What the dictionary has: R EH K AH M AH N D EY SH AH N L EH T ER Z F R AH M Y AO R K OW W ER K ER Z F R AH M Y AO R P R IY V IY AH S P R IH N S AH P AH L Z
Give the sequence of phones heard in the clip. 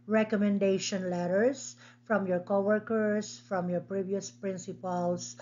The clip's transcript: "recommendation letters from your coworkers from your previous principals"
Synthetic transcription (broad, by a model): R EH K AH M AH N D EY SH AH N L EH T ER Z F R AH M Y AO R K OW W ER K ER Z F R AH M Y AO R P R IY V IY AH S P R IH N S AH P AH L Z